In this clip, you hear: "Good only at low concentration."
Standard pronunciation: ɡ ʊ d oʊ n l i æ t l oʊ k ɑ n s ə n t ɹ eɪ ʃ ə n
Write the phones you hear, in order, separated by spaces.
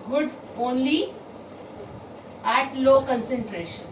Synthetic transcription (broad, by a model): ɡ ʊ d oʊ n l i æ t l oʊ k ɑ n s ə n t ɹ eɪ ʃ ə n